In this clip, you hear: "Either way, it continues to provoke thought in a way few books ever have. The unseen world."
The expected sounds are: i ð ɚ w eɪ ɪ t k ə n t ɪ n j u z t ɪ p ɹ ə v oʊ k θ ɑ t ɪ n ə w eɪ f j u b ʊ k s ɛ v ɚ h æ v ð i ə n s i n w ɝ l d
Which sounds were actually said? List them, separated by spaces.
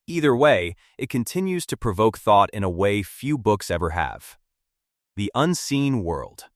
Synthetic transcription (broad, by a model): i ð ɚ w eɪ ɪ t k ə n t ɪ n j u z t ɪ p ɹ ə v oʊ k θ ɑ t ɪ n ə w eɪ f j u b ʊ k s ɛ v ɚ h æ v ð i ə n s i n w ɝ l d